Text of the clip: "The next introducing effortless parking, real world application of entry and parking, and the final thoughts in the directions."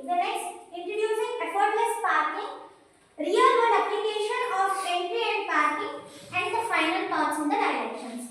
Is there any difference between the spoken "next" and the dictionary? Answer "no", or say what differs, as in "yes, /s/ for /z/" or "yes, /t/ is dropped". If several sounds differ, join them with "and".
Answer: yes, /k/ is dropped